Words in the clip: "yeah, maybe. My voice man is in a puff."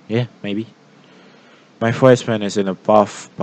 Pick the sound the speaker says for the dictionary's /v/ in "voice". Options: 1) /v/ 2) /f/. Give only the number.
2